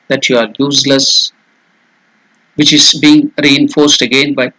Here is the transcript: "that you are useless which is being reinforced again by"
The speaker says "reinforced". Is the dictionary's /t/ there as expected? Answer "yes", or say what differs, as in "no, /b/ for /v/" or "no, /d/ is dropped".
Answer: yes